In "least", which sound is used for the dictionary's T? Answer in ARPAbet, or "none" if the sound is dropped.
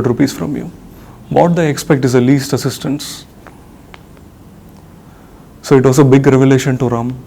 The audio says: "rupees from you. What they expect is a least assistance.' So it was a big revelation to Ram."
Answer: T